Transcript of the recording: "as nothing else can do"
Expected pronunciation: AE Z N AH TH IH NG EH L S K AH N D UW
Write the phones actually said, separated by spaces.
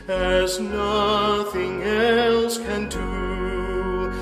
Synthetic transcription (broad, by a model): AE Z N AH TH IH NG EH L S K AH N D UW